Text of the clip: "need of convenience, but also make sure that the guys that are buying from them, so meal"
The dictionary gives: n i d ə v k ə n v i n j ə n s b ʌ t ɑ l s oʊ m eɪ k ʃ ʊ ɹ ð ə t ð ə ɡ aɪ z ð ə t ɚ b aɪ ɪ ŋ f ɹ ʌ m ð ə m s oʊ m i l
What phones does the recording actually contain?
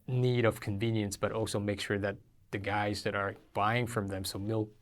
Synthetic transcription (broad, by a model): n i d ə v k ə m v i n j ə n s b ʌ t ɑ l s oʊ m eɪ k ʃ ʊ ɹ ð ə t ð ə ɡ aɪ z ð ə t ɚ b aɪ ɪ ŋ f ɹ ʌ m ð ə m s oʊ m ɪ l